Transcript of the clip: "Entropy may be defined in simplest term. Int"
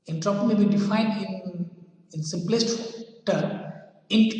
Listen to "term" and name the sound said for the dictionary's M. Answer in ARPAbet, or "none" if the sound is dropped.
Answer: none